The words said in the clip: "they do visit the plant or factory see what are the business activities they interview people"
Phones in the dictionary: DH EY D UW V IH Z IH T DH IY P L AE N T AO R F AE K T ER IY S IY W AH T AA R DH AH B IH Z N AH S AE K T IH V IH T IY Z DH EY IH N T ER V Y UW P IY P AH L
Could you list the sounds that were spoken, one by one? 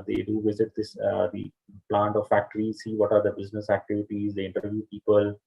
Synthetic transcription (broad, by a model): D EY D UW V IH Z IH T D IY P L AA N T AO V F AE K T ER IY S IY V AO T AA R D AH B IH Z N AH S AE K T IH V IH T IY Z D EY IH N T ER V Y UW P IY P AH L